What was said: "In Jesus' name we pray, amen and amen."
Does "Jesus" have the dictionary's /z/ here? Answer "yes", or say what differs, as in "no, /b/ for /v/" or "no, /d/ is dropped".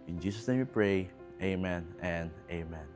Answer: no, /s/ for /z/